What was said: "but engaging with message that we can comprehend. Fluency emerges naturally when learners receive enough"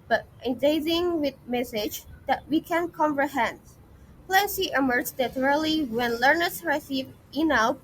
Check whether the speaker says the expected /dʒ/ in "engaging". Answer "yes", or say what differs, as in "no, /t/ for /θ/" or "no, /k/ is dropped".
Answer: no, /z/ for /dʒ/